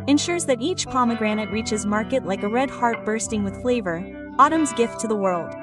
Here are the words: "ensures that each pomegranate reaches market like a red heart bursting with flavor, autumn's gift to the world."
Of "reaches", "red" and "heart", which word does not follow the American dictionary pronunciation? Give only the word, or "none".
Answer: none